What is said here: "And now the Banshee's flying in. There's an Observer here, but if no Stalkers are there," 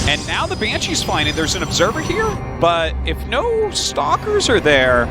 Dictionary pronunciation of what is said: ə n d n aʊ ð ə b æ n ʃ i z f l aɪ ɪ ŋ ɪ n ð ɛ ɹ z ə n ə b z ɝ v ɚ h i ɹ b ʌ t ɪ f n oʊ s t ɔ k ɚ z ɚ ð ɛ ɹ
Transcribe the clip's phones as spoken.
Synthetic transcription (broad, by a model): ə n n aʊ ð ə b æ n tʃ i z f aɪ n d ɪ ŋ ð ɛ ɹ z ə n ə b z ɝ v ɚ h i ɹ b ʌ t ɪ f n oʊ s t ɔ k ɚ z ɚ ð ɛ ɹ